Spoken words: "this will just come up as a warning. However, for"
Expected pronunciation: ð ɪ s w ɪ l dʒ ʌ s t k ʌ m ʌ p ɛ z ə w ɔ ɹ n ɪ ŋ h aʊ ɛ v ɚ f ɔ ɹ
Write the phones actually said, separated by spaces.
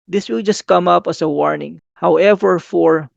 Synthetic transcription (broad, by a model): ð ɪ s w ɪ l dʒ ʌ s t k ʌ m ʌ p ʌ s ə w ɔ ɹ n ɪ ŋ h aʊ ɛ v ɚ f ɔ ɹ